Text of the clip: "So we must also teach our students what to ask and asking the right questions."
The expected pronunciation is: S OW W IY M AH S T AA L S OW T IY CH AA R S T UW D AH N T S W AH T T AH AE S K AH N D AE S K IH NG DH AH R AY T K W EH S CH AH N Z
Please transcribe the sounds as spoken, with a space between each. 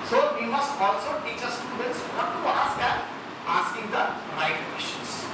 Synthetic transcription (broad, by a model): S OW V IY M AH S T AA L S OW T IY CH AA S T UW D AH N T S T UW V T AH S AH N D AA S K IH NG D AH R AY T K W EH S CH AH N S